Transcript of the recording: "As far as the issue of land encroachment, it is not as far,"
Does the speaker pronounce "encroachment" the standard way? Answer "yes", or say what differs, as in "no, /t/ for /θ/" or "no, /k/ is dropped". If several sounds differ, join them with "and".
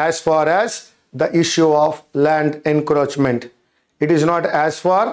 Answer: yes